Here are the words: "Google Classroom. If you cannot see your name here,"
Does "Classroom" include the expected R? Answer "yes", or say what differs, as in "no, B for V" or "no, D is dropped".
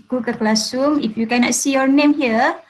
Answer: no, R is dropped